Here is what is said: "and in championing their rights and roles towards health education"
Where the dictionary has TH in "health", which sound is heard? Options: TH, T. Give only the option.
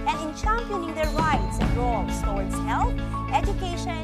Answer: T